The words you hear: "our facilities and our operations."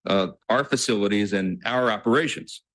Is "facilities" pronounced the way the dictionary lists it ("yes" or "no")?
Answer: yes